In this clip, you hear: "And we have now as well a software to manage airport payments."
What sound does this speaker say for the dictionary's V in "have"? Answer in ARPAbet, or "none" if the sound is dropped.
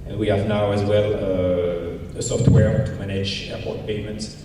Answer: V